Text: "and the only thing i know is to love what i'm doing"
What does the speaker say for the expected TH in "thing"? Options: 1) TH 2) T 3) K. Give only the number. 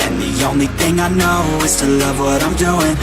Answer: 1